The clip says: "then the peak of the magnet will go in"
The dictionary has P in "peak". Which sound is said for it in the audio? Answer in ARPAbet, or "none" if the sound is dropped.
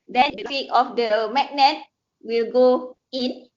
F